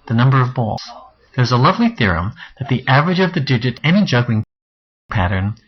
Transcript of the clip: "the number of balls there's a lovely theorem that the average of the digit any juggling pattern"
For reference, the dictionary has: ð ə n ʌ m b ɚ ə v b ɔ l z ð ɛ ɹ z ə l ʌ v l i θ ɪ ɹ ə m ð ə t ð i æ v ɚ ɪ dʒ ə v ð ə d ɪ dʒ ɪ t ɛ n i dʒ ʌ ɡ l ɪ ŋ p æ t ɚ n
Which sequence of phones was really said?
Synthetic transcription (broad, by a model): ð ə n ʌ m b ɚ ə v b ɔ l z ð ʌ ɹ z ə l ʌ v l i θ ɪ ɹ ə m ð ə t ð i æ v ɚ ɪ dʒ ə v ð ə d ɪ dʒ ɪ t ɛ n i dʒ ʌ ɡ l ɪ ŋ p æ t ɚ n